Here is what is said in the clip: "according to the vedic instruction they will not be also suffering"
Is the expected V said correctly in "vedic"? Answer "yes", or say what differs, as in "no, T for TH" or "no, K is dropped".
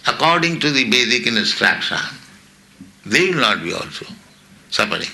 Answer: no, B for V